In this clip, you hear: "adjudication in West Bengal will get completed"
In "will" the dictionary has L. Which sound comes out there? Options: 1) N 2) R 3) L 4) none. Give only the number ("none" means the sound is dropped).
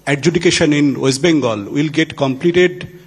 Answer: 3